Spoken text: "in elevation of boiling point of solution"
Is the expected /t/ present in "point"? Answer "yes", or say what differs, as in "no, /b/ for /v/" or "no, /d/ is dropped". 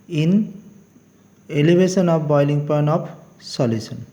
no, /t/ is dropped